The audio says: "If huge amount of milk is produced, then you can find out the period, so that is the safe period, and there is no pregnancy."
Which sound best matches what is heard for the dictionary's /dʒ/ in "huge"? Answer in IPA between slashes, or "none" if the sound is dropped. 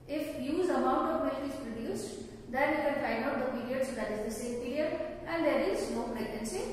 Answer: /z/